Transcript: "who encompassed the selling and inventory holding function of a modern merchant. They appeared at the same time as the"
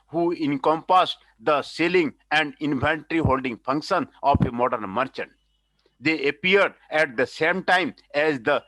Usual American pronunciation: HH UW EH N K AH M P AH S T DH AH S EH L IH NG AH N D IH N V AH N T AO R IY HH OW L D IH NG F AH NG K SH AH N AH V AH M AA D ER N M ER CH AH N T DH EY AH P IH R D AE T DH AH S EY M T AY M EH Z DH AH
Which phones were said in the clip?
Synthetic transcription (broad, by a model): HH UW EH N K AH M P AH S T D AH S EH L IH NG AH N D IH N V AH N T R IY HH OW L D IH NG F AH NG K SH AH N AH P AH M AA D ER N M ER CH AH N T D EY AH P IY R D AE T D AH S EY M T AY M EH Z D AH